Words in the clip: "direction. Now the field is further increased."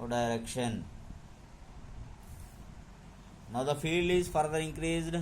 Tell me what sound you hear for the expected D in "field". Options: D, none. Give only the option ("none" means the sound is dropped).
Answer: D